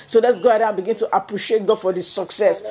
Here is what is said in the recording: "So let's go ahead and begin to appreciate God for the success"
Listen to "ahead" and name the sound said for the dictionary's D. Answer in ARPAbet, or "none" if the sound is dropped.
none